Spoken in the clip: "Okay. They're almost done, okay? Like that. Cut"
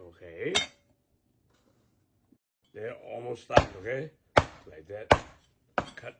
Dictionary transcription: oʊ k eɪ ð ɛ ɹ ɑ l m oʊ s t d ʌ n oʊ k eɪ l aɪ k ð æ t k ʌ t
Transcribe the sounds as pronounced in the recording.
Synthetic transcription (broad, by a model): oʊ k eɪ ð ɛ ɑ l m oʊ s t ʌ oʊ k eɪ l aɪ k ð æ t k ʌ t